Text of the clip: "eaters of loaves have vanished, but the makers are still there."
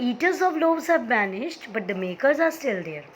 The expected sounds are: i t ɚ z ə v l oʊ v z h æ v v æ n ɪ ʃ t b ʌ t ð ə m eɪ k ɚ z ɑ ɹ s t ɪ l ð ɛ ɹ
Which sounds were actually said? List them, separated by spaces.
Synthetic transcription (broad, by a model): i t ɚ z ə v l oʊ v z h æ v b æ n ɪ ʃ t b ʌ t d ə m eɪ k ɚ z ɑ ɹ s t ɪ l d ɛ ɹ